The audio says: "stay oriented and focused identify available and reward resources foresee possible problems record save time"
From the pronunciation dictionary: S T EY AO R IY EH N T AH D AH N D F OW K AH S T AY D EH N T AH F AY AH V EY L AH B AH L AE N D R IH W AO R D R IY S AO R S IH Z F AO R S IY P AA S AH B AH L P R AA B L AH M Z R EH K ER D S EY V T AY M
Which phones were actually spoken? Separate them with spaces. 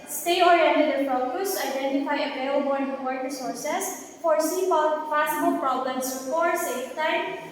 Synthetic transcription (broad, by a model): S T EY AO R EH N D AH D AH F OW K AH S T AY D EH N T AH F AY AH P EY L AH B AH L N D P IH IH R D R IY S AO R S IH S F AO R S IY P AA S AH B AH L P R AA B L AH M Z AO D S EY F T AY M